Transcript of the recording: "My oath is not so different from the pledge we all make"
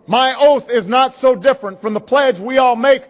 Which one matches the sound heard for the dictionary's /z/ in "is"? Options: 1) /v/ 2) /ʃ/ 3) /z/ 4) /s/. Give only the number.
3